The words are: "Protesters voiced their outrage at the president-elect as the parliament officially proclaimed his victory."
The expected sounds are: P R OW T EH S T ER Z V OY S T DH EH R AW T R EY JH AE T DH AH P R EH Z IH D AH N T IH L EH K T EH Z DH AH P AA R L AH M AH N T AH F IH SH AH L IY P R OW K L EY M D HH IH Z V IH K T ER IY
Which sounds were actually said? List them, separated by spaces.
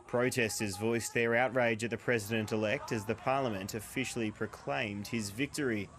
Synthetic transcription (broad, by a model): P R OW T EH S T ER Z V OY S DH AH R AW T R EY JH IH T DH AH P R EH Z IH D AH N T IH L EH K T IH Z DH AH P AA R L AH M AH N T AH F IH SH L IY P R OW K L EY M D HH IH Z V IH K T ER IY